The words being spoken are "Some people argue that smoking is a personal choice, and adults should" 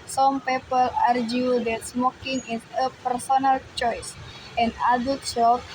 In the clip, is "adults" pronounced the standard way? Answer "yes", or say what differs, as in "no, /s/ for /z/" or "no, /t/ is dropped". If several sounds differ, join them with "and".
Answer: no, /l/ is dropped